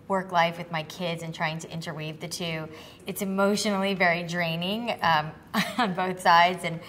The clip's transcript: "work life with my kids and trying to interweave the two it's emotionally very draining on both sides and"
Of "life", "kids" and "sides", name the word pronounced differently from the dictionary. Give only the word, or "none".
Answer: none